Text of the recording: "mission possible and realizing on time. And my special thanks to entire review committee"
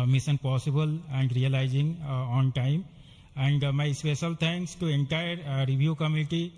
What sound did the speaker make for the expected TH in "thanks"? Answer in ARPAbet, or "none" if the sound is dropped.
T